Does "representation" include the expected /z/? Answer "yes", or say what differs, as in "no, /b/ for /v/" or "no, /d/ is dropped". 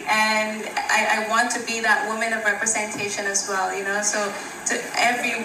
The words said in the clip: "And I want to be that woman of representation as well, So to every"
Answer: yes